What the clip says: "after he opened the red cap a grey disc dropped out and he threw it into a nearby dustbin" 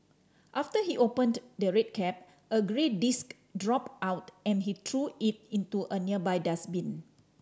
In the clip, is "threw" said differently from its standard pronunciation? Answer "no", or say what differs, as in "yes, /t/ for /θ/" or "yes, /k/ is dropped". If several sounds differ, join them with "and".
yes, /t/ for /θ/